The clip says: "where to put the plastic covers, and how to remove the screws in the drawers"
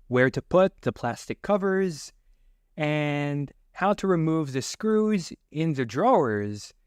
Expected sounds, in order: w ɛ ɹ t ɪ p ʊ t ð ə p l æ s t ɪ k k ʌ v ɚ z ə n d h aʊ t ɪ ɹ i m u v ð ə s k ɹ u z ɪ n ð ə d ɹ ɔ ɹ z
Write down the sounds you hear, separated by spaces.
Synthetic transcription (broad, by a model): w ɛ ɹ t ɪ p ʊ t ð ə p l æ s t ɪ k k ʌ v ɚ z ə n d h aʊ t ɪ ɹ i m u v ð ə s k ɹ u z ɪ n ð ə d ɹ ɔ ɹ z